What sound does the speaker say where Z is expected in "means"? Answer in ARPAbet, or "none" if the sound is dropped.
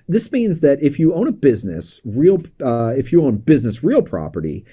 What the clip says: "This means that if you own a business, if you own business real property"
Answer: Z